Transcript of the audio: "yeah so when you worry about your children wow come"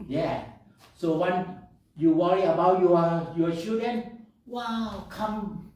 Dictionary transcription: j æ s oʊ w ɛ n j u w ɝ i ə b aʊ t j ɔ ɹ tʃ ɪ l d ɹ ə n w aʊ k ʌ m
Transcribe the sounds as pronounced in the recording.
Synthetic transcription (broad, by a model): j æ s oʊ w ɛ n j u w ɝ i ə b aʊ t j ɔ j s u d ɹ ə n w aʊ k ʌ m